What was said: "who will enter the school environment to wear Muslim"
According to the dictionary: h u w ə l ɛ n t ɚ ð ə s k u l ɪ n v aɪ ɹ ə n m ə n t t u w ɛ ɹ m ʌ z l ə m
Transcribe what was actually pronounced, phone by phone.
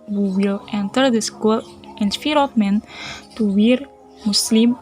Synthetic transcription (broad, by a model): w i w ə l ɛ n t ɚ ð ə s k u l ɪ n f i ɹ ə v m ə n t t u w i ɹ m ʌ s l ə m